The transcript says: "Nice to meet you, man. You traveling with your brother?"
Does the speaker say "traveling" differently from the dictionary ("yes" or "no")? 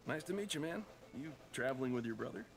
no